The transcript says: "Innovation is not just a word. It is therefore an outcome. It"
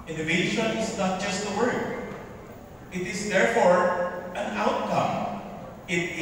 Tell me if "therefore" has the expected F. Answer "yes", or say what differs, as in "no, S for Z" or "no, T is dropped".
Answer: yes